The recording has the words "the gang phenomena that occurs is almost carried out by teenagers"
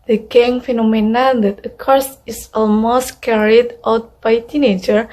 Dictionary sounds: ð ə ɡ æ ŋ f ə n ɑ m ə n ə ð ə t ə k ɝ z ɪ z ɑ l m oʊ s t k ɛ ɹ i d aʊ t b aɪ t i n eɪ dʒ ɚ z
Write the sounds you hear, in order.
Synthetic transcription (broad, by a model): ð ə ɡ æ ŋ f ə n ɑ m ə n ə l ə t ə k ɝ s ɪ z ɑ l m oʊ s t k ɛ ɹ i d aʊ t b aɪ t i n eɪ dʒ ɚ